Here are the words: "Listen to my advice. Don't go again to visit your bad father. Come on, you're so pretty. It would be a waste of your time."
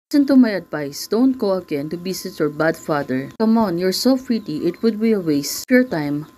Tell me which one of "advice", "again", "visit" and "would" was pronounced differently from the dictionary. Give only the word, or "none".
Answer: visit